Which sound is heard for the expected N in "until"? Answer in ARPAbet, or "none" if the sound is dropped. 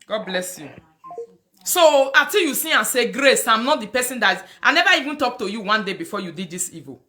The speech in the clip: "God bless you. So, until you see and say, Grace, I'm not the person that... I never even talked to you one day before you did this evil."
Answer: none